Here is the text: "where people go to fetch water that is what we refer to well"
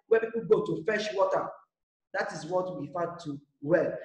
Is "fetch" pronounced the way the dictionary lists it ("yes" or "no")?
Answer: no